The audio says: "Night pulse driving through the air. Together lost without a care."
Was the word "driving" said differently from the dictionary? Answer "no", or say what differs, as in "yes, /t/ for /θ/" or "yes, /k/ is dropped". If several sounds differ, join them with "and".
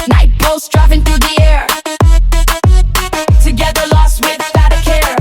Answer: yes, /f/ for /v/